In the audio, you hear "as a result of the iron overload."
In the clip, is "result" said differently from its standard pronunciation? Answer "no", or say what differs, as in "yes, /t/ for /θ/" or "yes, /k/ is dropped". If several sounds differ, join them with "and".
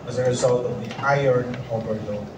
no